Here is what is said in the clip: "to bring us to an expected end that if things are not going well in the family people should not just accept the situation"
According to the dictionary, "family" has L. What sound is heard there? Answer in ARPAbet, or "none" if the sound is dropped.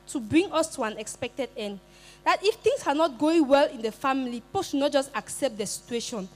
none